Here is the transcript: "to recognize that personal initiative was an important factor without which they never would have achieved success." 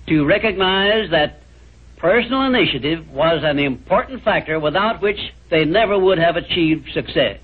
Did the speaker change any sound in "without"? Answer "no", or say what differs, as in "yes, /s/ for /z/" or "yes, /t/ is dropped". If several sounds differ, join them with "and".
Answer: no